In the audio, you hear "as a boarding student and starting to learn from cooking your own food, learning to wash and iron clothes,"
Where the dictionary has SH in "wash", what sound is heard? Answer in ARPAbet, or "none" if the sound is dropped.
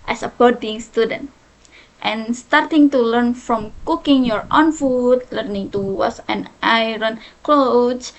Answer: S